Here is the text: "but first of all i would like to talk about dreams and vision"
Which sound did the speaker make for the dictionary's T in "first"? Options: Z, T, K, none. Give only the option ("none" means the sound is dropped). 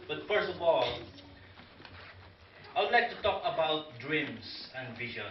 T